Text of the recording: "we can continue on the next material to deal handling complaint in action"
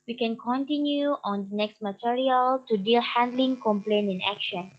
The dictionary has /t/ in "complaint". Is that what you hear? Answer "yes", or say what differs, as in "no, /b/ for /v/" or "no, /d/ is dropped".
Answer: no, /t/ is dropped